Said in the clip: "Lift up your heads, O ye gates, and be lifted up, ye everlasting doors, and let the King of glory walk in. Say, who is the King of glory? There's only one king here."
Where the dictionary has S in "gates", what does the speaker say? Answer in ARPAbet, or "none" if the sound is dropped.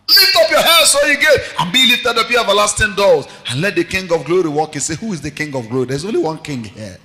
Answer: none